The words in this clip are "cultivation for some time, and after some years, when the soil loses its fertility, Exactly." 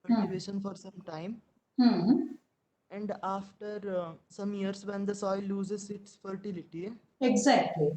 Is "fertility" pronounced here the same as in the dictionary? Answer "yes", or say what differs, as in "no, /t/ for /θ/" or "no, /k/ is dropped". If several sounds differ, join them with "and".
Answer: yes